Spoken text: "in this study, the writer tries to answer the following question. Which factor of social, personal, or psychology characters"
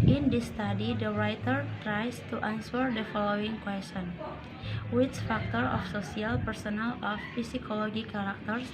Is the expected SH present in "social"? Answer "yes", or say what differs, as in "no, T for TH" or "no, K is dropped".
no, S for SH